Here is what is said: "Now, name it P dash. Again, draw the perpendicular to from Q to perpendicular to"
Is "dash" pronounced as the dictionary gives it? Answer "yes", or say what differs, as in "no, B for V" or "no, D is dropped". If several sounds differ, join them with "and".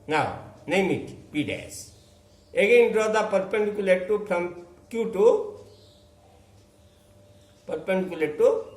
no, S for SH